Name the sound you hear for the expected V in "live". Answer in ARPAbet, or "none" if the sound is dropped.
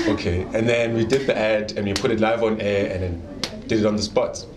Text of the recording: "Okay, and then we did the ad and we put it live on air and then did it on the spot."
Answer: V